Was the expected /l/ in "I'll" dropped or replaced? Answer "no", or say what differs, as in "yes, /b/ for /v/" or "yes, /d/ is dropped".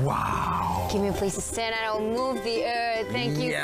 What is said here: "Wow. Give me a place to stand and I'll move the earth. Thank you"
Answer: yes, /w/ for /l/